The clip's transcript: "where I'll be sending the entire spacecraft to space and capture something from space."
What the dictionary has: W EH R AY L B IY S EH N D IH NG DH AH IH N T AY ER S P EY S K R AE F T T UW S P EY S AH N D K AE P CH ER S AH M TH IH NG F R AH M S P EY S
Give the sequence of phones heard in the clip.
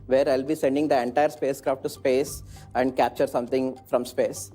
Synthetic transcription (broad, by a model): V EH R AY L B IY S EH N D IH NG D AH IH N T AY ER S P EY S K R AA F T T UW S P EY S AH N D K AE P CH ER S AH M T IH NG F R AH M S P EY S